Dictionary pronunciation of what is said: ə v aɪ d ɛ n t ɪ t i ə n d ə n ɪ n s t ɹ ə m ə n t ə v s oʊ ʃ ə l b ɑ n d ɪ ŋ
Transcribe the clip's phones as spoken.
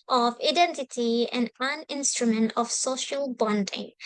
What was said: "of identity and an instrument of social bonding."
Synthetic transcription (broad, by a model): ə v aɪ d ɛ n t ɪ t i ə n d ə n ɪ n s t ɹ ə m ə n t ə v s oʊ ʃ ə l b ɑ n d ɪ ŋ